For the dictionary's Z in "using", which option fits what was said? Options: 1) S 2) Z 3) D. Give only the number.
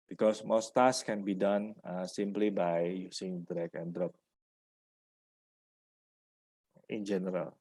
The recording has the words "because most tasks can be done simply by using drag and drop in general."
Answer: 1